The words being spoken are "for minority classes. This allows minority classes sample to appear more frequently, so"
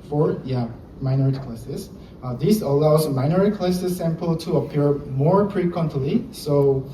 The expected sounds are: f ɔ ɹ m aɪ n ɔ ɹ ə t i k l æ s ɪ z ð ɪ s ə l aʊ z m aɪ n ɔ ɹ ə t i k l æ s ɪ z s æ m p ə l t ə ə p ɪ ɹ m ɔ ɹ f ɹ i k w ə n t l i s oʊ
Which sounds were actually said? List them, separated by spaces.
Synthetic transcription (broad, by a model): f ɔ ɹ m aɪ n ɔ ɹ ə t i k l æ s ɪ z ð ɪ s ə l aʊ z m aɪ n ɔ ɹ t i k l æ s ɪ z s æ m p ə l t ə ə p ɪ ɹ m ɔ ɹ p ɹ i k w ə n t l i s oʊ